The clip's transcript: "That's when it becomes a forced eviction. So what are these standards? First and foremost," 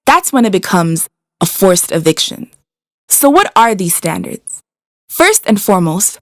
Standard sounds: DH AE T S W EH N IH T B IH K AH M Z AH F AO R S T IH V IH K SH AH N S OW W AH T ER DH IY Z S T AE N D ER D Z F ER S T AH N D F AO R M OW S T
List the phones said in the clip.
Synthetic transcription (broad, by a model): DH AE T S W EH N IH T B IH K AH M Z AH F AO R S T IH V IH K SH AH N S OW W AH T ER DH IY Z S T AE N D ER D Z F ER S T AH N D F AO R M OW S T